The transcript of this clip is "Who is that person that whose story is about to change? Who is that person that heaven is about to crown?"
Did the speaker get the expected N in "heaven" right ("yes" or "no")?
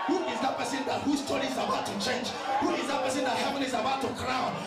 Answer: no